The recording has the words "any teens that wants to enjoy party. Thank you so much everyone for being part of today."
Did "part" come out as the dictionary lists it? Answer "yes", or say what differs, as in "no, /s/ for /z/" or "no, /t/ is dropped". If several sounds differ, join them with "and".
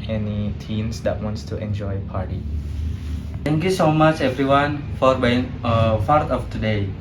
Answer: no, /f/ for /p/